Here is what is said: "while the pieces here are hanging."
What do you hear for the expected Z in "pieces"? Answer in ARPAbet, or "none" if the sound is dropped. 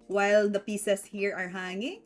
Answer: S